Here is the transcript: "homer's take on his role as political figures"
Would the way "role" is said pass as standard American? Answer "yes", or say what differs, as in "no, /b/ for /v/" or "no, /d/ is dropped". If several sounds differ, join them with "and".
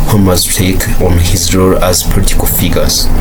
yes